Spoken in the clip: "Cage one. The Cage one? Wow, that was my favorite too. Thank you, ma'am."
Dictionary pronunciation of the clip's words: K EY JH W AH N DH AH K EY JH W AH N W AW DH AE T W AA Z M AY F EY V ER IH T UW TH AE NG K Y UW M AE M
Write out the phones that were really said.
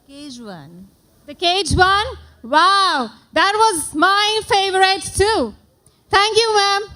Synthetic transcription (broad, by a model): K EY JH W AH N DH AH K EY JH W AH N W AW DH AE T W AA Z M AY F EY V ER IH T UW T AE NG K Y UW M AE M